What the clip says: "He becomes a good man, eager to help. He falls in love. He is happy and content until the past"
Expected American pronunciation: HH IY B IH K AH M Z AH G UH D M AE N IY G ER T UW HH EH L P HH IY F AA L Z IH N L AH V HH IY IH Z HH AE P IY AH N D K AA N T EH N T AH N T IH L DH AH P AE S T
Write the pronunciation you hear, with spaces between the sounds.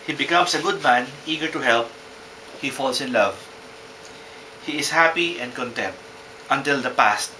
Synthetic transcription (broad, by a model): HH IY B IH K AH M S AH G UH D M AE N IY G ER T UW HH EH L P HH IY F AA L S IH N L AH V HH IY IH S HH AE P IY AH N D K AA N T EH N T AH N T IH L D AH P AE S T